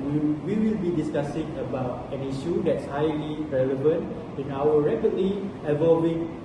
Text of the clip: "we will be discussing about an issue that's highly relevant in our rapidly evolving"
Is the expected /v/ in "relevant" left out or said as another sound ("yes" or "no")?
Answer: no